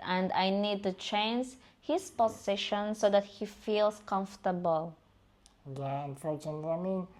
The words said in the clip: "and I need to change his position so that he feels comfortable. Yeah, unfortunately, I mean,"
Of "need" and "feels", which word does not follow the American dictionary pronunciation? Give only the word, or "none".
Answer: feels